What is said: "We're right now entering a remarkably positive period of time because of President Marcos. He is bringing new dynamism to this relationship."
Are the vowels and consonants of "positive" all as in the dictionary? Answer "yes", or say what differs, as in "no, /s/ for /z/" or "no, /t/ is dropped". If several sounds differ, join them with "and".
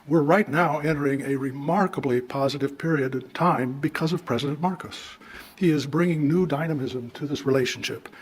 yes